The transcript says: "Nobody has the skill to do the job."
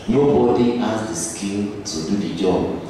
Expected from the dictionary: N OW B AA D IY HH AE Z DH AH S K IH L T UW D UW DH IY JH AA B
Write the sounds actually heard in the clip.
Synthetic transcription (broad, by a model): N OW B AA D IY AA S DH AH S K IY N T UW D UW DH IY JH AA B